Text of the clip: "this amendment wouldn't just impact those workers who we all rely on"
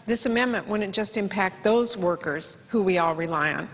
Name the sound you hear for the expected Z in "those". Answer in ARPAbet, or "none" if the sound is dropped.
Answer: Z